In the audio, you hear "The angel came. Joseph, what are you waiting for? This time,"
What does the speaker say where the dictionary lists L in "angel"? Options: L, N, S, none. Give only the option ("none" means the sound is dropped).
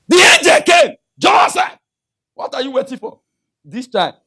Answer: L